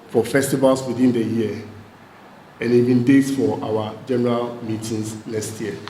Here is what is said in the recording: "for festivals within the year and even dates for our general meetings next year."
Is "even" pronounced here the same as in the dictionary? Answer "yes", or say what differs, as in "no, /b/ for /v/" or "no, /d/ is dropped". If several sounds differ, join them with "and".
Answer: no, /b/ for /v/